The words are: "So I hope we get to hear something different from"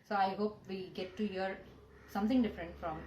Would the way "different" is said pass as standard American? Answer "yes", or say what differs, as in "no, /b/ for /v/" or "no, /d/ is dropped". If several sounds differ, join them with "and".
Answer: yes